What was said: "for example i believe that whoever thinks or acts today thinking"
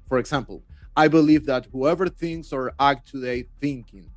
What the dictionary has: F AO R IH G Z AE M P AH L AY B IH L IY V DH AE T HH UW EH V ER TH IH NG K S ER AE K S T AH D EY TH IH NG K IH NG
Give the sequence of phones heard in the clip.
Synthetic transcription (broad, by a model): F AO R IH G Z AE M P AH L AY B IH L IY V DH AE T HH UW EH V ER TH IH NG K S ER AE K T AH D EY TH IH NG K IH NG